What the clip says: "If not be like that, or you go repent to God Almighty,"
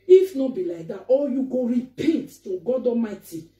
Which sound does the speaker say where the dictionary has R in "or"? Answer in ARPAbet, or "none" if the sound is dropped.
L